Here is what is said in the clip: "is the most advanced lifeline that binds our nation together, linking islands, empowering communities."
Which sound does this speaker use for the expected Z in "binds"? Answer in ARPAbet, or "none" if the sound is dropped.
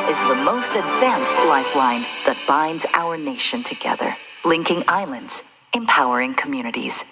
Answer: Z